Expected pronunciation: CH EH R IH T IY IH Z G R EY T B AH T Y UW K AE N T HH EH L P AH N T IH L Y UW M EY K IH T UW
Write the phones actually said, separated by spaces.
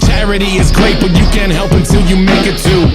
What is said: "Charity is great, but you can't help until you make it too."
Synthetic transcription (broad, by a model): CH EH R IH T IY IH Z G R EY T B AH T Y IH K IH N HH EH L P AH N T IH L Y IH M EY K IH T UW